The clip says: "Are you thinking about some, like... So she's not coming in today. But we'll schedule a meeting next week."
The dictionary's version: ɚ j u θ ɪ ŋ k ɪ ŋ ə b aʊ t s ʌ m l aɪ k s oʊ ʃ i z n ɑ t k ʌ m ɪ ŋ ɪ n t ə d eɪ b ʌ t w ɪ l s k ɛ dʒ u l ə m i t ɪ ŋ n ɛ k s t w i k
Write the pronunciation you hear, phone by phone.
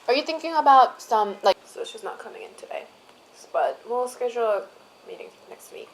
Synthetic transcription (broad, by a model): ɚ j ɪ θ ɪ ŋ k ɪ ŋ ə b aʊ t s ʌ m l aɪ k s oʊ s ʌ s n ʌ t k ʌ m ɪ ŋ ɪ n t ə d eɪ b ʌ t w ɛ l s k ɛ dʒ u l m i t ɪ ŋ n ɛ k s t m i